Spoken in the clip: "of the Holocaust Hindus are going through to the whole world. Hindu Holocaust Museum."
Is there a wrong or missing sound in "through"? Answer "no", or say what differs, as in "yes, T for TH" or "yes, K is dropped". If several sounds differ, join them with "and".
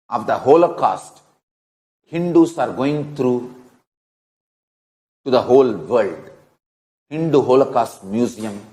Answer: yes, T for TH